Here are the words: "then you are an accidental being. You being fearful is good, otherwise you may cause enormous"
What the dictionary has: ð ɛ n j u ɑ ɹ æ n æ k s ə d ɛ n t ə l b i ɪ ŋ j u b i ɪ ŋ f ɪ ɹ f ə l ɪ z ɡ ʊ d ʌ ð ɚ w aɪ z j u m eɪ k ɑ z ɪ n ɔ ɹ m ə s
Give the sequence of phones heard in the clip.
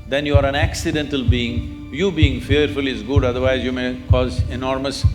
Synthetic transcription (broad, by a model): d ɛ n j u ɑ ɹ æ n æ k s ə d ɛ n t ə l b i ɪ ŋ j u b i ɪ ŋ f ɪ ɹ f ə l ɪ z ɡ ʊ d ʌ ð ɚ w aɪ z j u m eɪ k ɑ z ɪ n ɔ ɹ m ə s